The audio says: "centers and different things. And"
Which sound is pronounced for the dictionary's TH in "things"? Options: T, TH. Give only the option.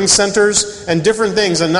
TH